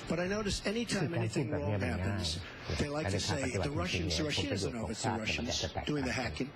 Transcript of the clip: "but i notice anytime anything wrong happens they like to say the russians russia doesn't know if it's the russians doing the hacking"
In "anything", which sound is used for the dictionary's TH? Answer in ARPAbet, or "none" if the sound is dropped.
TH